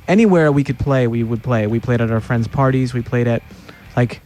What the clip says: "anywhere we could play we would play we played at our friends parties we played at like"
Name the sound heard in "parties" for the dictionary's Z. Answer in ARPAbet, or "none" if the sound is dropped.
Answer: Z